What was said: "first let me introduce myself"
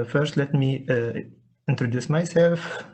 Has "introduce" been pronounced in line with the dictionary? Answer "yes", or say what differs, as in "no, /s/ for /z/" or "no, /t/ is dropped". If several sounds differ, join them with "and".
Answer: yes